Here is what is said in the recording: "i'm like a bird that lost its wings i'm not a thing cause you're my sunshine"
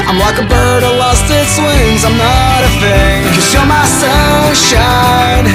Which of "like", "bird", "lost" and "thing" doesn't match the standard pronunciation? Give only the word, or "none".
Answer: thing